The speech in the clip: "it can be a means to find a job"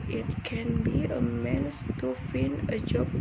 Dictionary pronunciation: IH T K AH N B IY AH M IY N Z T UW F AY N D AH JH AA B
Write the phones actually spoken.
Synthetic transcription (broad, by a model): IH T K AH N B IY AH M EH N S T UW F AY N AH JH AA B